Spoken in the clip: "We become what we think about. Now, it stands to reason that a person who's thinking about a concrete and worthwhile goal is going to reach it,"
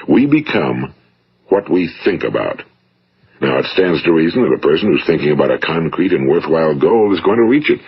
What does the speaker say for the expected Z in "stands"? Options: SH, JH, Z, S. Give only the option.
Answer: Z